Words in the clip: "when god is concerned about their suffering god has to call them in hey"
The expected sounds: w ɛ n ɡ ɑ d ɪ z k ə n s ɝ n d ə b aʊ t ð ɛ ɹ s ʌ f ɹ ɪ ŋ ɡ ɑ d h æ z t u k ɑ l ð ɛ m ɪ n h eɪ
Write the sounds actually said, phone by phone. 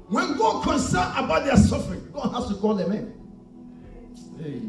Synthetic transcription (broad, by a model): w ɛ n ɡ ɑ d k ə n s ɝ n ə b aʊ t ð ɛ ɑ s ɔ f ɹ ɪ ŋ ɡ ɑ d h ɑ s t u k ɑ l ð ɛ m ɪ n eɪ